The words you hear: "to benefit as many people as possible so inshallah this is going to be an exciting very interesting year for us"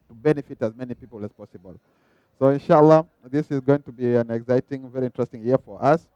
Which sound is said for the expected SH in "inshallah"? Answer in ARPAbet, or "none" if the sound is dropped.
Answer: SH